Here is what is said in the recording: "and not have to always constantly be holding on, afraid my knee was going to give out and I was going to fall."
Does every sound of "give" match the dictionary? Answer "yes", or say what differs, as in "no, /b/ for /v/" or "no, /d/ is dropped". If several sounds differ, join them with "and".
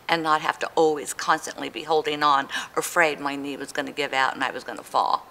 yes